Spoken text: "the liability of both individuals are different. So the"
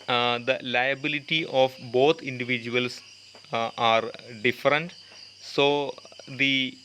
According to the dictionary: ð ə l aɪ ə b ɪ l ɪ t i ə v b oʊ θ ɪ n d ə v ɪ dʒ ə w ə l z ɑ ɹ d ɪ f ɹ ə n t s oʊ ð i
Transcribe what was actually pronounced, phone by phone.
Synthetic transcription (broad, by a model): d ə l aɪ ə b ɪ l ɪ t i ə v b oʊ t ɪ n d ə v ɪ dʒ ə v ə l s ɑ ɹ d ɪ f ɹ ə n t s oʊ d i